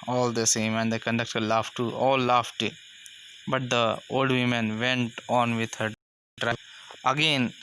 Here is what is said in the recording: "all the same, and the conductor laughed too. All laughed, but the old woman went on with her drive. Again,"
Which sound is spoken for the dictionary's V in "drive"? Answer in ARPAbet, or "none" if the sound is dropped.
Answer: none